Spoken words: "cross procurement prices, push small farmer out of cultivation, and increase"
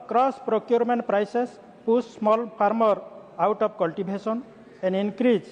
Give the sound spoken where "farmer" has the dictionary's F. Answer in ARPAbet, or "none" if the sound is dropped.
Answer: P